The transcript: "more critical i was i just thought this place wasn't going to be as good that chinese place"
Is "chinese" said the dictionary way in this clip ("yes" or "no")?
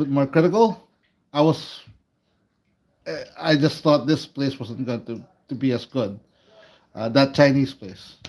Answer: no